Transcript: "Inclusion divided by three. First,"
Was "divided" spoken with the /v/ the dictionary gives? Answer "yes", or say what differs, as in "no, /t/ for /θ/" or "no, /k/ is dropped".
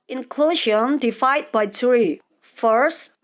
no, /f/ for /v/